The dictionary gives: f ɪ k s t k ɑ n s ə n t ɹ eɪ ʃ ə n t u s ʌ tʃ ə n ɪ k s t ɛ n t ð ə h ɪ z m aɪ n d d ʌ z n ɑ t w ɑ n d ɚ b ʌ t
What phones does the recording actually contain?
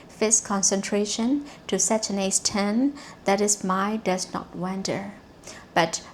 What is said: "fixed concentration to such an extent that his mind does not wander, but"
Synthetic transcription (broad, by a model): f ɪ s k ɑ n s ə n t ɹ eɪ ʃ ə n t u s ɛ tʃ ə n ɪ s t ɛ n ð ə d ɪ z m aɪ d d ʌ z n ɑ t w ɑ n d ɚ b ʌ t